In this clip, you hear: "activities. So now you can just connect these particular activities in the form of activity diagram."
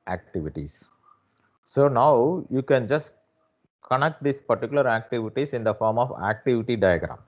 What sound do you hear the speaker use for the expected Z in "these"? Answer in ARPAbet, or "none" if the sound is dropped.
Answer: S